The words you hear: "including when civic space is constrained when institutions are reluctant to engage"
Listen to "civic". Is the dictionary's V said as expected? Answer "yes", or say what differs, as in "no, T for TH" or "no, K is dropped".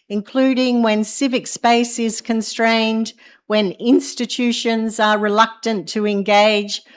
yes